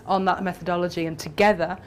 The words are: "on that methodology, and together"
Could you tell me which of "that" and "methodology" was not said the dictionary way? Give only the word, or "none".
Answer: none